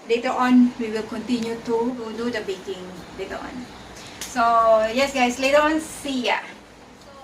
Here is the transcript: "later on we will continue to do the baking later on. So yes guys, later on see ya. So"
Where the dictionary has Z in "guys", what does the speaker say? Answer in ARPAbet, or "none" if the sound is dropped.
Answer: S